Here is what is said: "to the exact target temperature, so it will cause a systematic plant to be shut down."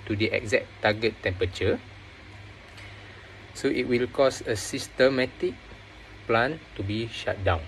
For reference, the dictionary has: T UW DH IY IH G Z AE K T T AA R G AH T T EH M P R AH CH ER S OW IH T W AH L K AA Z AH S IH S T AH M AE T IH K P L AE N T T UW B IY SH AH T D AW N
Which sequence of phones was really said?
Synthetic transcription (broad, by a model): T UW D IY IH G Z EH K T T AA G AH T T EH M P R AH CH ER S OW IH T W AH L K AA S AH S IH S T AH M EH T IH K P L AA N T T UW B IY SH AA T D AW N